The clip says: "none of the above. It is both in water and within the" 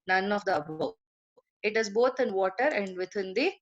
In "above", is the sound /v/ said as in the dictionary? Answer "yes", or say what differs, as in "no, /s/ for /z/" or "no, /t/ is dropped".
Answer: no, /v/ is dropped